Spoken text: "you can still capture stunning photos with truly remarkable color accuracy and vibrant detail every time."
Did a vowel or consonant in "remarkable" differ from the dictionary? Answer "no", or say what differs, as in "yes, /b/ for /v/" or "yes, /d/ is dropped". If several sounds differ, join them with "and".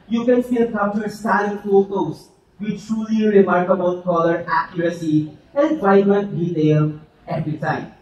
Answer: yes, /n/ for /l/